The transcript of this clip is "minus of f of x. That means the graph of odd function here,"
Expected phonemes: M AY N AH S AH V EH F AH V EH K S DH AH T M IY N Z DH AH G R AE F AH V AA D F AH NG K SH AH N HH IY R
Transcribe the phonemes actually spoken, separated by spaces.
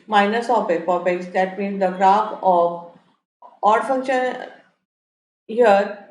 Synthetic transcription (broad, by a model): M AY N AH S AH P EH P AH P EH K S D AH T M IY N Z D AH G R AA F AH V AA D F AH NG K SH AH N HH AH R